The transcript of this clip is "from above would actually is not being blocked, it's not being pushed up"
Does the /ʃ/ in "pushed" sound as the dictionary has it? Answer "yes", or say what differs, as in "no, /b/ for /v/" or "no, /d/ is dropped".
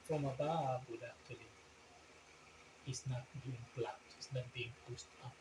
no, /s/ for /ʃ/